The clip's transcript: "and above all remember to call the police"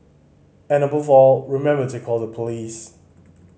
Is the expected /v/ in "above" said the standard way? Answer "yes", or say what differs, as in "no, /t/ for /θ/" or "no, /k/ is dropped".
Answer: yes